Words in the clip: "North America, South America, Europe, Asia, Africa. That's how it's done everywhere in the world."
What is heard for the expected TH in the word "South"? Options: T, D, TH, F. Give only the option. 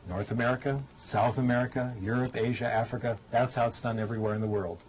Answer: TH